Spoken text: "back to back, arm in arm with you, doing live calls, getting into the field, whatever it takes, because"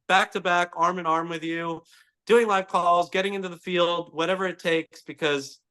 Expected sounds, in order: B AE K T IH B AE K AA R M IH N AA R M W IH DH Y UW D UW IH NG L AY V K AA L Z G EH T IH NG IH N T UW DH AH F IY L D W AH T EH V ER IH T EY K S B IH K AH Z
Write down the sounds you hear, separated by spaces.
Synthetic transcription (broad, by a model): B AE K T IH B AE K AA R M IH N AA R M W IH DH Y UW D UW IH NG L AY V K AA L Z G EH T IH NG IH N T UW DH AH F IY L D W AH T EH V ER IH T EY K S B IH K AH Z